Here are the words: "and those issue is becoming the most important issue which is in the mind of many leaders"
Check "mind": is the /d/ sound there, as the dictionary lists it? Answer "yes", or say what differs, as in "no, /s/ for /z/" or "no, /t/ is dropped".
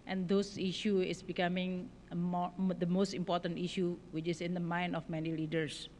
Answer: no, /d/ is dropped